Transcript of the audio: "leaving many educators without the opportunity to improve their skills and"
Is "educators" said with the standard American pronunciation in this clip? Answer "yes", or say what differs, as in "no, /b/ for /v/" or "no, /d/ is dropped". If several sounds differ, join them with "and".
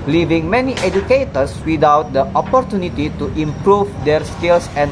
no, /s/ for /z/